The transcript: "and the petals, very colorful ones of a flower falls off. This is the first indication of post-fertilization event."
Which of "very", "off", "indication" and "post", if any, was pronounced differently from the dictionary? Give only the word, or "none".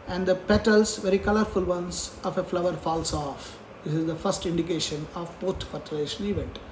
post